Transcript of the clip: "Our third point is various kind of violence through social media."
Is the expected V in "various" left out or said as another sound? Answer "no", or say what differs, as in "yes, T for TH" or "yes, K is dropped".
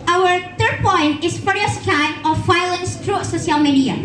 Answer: yes, F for V